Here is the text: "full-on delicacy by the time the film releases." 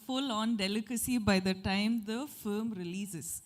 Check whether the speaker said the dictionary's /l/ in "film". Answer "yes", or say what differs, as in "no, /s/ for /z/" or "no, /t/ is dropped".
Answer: no, /l/ is dropped